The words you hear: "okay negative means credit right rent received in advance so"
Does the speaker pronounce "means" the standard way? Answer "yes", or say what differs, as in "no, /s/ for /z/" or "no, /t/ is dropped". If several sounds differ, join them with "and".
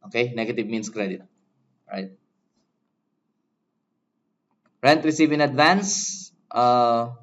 no, /s/ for /z/